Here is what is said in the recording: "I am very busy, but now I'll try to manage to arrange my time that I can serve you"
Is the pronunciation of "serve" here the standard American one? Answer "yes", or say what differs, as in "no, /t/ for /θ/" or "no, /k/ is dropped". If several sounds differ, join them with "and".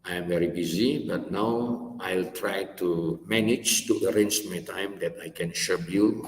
no, /ʃ/ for /s/